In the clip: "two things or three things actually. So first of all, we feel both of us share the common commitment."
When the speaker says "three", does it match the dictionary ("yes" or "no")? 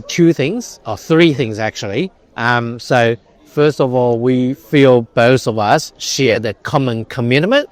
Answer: yes